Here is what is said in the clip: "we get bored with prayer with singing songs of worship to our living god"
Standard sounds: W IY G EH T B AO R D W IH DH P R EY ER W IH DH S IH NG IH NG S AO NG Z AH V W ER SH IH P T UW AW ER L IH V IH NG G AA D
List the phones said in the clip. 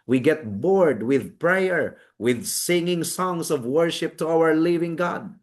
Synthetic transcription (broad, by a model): W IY G EH T B AO R D W IH DH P R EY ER W IH DH S IH NG IH NG S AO NG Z AH V W ER SH IH P T UW AW ER L IH V IH NG G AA D